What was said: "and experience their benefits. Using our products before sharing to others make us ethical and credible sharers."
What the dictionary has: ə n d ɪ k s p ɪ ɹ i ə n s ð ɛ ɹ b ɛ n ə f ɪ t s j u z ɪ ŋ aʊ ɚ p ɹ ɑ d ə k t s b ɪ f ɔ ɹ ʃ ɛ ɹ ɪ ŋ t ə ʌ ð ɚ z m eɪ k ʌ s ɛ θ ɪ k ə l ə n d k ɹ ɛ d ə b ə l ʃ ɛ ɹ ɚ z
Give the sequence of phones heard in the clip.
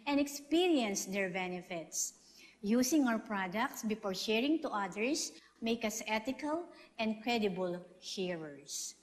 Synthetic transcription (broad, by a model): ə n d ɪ k s p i ɹ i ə n s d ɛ ɹ b ɛ n ə f ɪ t s j u s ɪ ŋ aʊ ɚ p ɹ ɑ d ə k t s b ɪ f ɔ ɹ ʃ ɛ ɹ ɪ ŋ t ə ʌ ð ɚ s m eɪ k ʌ s ɛ t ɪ k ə l ə n d k ɹ ɛ d ə b ə l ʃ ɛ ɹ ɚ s